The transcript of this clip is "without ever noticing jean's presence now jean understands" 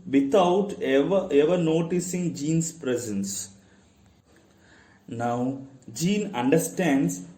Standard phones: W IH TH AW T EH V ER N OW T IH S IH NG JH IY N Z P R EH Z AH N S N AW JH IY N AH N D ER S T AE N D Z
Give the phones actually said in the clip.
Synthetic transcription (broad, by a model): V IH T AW T EH V ER N OW T IH S IH NG JH IY N S P R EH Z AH N S N AW JH IY N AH N D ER S T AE N D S